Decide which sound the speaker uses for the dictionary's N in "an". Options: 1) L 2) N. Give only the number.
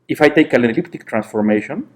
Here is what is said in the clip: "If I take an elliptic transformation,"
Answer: 1